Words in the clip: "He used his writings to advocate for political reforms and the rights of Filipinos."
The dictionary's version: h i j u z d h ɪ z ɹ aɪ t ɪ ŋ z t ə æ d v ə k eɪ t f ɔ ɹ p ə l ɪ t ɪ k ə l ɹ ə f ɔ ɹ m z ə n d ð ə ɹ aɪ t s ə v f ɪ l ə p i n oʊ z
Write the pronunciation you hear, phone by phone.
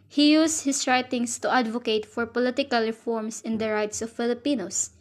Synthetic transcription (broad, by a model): h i j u s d h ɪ s ɹ aɪ t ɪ ŋ s t ə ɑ d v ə k eɪ t f ɔ ɹ p ə l ɪ t ɪ k ə l ɹ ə f ɔ ɹ m s ə n d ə ɹ aɪ t s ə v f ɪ l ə p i n oʊ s